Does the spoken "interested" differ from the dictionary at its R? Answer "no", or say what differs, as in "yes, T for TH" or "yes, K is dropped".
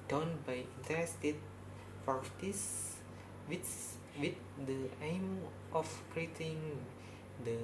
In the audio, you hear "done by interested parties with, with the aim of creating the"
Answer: yes, R is dropped